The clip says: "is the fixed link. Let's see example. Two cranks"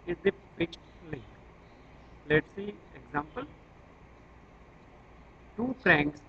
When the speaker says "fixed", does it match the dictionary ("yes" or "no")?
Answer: no